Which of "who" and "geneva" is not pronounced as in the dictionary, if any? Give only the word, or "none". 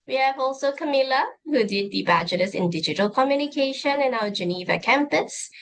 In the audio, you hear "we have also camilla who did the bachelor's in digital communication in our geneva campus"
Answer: none